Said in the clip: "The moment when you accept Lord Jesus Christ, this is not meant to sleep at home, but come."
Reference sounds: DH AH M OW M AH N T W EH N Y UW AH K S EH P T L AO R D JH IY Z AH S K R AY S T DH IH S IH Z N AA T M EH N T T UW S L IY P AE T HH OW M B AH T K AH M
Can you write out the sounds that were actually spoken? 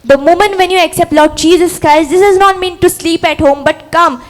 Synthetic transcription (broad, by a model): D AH M OW M AH N T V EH N Y UW AH K S EH P T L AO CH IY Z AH S K AY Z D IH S IH Z N AA T M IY N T T UW S L IY P AE T HH OW M B AH T K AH M